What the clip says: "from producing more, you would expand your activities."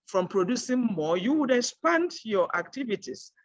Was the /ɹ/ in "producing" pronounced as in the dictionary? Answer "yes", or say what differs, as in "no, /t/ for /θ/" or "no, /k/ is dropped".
yes